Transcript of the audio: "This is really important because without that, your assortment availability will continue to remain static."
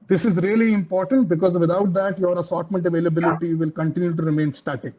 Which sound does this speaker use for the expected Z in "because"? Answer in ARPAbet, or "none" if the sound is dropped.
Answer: Z